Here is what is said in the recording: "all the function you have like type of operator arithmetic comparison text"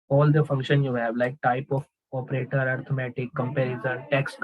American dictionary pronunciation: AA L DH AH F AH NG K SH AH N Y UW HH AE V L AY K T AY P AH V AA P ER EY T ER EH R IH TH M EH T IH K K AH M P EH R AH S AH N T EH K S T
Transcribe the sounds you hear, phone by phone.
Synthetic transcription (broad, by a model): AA L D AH F AH NG K SH AH N Y UW HH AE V L AY K T AY P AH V AA P ER EY T ER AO R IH M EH T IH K K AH M P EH R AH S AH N T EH K S T